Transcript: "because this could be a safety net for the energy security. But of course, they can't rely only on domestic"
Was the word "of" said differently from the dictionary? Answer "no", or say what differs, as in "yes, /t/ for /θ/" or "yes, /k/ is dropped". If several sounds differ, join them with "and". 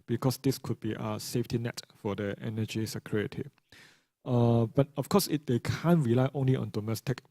yes, /f/ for /v/